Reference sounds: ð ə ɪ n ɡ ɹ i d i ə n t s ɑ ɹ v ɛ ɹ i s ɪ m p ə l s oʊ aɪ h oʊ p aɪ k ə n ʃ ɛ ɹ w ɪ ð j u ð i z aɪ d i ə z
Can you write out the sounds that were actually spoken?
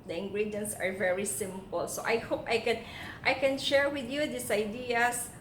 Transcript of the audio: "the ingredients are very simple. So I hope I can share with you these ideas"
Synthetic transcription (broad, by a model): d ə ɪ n ɡ ɹ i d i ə n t s ɑ ɹ v ɛ ɹ i s ɪ m p ə l s oʊ aɪ h oʊ p aɪ k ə n ʃ ɛ ɹ w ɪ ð j u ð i s aɪ d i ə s